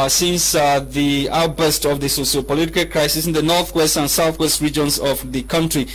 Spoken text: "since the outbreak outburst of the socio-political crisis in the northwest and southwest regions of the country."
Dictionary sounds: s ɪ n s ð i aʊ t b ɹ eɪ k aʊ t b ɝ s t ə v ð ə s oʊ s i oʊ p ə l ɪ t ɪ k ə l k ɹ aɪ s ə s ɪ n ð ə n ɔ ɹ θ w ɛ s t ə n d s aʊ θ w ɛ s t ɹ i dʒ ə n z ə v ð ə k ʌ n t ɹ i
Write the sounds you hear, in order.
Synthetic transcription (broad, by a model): s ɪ n s ð i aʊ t aʊ t b ɝ s t ə v ð ə s oʊ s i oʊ p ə l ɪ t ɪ k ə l k ɹ aɪ s ə s ɪ n ð ə n ɔ ɹ θ w ɛ s t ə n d s aʊ θ w ɛ s t ɹ i dʒ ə n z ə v ð ə k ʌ n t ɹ i